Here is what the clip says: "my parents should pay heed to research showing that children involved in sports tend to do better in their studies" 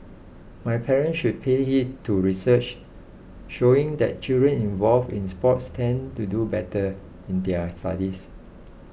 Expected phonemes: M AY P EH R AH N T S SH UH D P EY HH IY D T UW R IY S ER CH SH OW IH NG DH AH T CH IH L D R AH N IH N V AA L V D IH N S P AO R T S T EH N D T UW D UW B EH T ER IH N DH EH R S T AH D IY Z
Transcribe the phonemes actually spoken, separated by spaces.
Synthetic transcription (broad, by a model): M AY P EH R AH N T S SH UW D P EY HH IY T T UW R IY S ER CH SH OW IH NG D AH T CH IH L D R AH N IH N V AA L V IH N S P AO T S T EH N T UW D UW B EH T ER IH N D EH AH S T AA D IY S